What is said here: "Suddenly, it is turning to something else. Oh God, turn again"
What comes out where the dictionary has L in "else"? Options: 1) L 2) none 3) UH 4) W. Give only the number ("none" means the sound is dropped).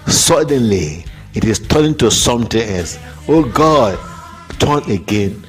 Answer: 2